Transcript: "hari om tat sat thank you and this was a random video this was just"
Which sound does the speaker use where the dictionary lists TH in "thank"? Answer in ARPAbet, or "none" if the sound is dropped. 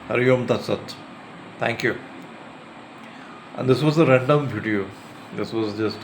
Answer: T